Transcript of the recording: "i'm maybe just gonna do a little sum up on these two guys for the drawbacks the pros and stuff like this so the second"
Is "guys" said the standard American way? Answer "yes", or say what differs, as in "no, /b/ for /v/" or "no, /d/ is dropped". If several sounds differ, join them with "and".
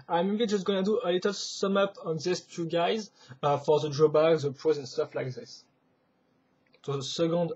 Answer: yes